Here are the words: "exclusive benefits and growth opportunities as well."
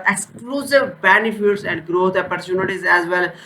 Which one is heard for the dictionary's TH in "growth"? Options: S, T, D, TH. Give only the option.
T